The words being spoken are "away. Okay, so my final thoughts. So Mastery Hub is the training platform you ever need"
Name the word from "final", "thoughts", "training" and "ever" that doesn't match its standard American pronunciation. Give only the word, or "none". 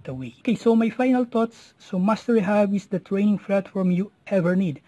thoughts